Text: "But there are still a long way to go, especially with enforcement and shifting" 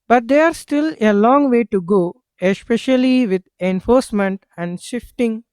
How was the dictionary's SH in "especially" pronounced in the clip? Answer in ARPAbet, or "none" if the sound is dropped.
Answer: SH